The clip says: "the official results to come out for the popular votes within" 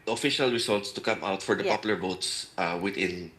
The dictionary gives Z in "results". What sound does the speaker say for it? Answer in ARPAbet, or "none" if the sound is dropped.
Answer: S